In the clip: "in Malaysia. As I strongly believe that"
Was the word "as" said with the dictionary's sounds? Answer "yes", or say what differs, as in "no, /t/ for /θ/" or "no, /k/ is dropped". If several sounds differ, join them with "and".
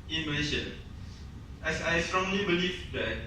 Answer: no, /s/ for /z/